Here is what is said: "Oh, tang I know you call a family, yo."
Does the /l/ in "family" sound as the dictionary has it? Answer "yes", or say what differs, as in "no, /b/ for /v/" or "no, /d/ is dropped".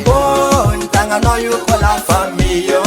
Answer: no, /l/ is dropped